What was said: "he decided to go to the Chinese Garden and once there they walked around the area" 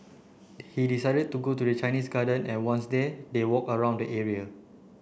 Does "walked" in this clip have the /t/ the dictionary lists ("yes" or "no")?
no